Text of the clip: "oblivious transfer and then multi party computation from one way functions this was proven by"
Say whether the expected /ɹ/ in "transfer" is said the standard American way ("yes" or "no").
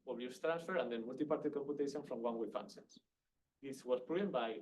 yes